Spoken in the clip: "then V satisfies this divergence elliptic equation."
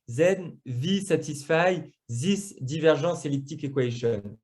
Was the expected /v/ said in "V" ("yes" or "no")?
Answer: yes